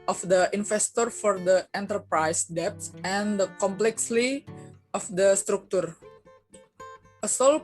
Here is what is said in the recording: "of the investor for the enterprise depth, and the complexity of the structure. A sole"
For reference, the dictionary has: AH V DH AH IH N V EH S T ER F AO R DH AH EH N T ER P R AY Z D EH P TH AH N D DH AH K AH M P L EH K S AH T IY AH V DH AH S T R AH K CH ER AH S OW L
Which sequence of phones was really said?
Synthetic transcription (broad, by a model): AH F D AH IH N F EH S T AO F AO R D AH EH N T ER P R AY S D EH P S AH N D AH K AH M P L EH K S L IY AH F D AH S T R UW K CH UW AH S OW L